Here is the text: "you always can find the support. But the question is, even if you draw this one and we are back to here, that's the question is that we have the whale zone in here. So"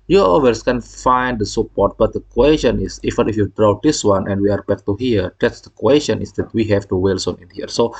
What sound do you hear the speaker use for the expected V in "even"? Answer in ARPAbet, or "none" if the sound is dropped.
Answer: F